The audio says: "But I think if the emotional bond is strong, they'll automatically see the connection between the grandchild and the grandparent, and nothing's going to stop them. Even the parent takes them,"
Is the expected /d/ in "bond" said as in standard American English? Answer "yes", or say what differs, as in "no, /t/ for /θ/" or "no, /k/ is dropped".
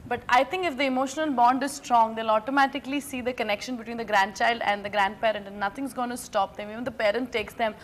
yes